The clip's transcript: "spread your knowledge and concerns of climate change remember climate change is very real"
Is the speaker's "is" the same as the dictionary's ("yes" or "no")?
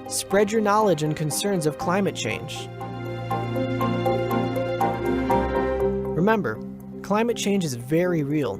yes